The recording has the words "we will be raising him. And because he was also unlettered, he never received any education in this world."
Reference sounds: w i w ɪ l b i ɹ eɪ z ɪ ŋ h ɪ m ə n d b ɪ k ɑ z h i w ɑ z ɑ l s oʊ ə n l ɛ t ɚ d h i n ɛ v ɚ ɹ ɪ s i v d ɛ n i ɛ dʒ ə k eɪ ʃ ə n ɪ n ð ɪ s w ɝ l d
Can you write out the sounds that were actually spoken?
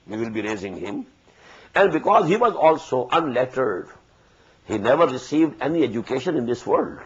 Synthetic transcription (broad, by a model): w i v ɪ l b i ɹ eɪ z ɪ ŋ h ɪ m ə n d b ɪ k ɑ z h i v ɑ z ɑ l s oʊ ə n l ɛ t ɚ d h i n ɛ v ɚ ɹ ɪ s i v d ɛ n i ɛ dʒ ə k eɪ ʃ ə n ɪ n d ɪ s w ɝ l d